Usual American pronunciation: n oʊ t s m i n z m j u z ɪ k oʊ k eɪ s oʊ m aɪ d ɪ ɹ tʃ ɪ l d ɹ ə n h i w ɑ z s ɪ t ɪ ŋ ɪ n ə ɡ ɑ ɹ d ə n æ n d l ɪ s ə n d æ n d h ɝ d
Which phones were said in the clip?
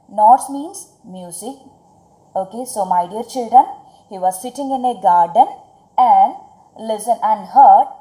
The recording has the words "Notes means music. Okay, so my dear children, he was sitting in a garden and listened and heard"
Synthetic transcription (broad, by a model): n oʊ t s m i n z m j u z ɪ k oʊ k eɪ s oʊ m aɪ d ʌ ɹ tʃ ɪ l d ɹ ə n h i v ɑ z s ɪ t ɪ ŋ ɪ n ə ɡ ɑ ɹ d ə n æ n d l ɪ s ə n æ n d h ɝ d